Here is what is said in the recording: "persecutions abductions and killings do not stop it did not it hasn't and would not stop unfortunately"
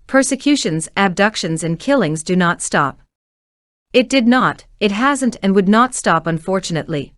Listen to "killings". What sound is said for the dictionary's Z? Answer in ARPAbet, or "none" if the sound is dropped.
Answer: Z